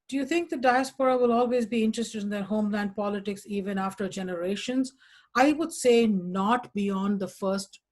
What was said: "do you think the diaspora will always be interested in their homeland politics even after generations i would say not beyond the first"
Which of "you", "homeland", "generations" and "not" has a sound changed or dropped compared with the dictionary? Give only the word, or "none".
none